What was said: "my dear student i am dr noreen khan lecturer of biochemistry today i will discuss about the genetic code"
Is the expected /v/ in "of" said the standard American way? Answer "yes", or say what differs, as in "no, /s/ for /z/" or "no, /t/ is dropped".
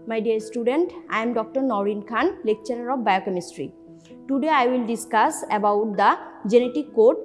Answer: no, /b/ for /v/